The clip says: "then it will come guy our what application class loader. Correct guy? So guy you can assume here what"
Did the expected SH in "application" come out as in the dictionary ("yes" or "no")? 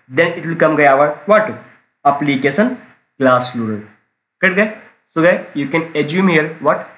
no